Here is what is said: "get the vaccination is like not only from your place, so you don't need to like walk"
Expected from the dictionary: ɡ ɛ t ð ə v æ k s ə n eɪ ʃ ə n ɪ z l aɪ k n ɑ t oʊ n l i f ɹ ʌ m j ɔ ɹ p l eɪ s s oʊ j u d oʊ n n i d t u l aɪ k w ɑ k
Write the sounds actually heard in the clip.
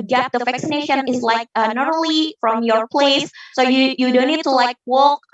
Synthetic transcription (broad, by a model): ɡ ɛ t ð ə v æ k s ə n eɪ ʃ ə n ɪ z l aɪ k n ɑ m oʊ l i f ɹ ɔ m j ɔ ɹ p l eɪ s s oʊ j u d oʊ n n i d t u l aɪ k w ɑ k